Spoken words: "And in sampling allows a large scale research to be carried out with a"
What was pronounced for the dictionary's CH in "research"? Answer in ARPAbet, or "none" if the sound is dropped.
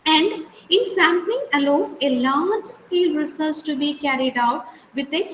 S